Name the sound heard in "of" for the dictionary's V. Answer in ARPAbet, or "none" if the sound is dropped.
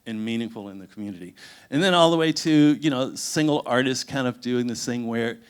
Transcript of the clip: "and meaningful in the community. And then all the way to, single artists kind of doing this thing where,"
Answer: V